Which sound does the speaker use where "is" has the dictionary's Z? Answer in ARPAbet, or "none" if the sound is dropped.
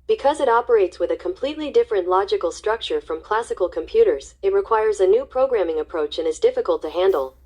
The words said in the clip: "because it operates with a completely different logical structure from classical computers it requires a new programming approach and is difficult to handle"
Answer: Z